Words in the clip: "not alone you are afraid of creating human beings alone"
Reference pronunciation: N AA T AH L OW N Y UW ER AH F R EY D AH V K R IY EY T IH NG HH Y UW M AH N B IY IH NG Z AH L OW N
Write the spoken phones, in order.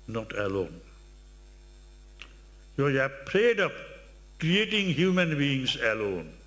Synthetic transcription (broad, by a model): N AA T AH L OW N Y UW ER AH P R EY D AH P K R IY EY T IH NG HH Y UW M AH N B IY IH NG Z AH L OW N